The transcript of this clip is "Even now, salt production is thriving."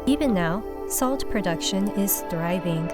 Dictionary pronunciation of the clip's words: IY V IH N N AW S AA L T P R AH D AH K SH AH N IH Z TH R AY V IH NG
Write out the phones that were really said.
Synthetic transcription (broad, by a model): IY V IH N N AW S AA L T P R AH D AH K SH AH N IH Z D R AY V IH NG